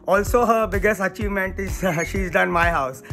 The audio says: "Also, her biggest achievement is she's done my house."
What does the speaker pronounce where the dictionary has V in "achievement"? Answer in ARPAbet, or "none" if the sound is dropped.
V